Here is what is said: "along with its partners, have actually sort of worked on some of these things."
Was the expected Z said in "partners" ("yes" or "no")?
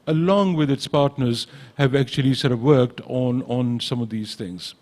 yes